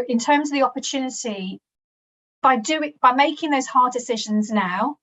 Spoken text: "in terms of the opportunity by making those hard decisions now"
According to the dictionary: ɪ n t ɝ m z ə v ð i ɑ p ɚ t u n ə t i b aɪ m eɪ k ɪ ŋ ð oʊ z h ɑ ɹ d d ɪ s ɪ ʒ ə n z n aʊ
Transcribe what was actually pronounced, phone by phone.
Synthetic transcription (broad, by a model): ɪ n t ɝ m z ə v ð i ɑ p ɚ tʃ u n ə t i b aɪ m eɪ k ɪ ŋ ð oʊ z h ɑ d d ɪ s ɪ ʒ ə n z n aʊ